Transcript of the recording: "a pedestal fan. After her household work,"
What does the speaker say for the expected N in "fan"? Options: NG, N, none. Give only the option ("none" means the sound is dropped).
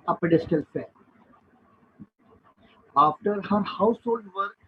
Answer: none